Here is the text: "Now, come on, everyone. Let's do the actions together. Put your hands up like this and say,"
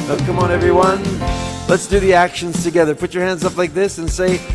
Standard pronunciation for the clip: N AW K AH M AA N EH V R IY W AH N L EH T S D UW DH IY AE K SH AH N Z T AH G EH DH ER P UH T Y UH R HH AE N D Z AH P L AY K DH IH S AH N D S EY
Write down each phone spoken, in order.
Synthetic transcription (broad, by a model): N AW K AH M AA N EH V R IY W AH N L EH T S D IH DH IY AE K SH AH N Z T AH G EH DH ER P UH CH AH R HH AE N D Z AH P L AY K DH IH S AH N S EY